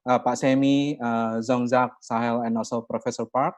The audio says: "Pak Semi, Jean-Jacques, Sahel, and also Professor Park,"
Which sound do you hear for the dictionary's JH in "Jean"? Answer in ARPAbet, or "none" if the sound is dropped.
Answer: Z